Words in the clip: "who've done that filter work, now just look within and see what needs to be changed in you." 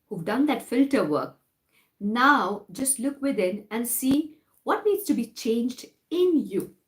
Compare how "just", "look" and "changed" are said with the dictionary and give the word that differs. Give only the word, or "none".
none